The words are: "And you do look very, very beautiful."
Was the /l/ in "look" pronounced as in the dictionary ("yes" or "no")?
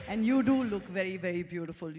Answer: yes